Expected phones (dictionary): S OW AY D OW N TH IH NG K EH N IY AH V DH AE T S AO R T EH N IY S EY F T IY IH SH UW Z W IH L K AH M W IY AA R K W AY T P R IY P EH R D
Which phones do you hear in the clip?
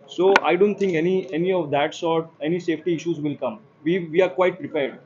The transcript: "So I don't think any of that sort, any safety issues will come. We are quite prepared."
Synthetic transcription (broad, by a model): S OW AY D OW N T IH NG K EH N IY AH V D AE T S AO R T EH N IY S EY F T IY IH SH UW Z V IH L K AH M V IY AA R K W AY T P R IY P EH R D